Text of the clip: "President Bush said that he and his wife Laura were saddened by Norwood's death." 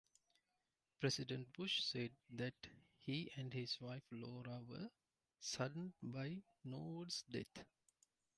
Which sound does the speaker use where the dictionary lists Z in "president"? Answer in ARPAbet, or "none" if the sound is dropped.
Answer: S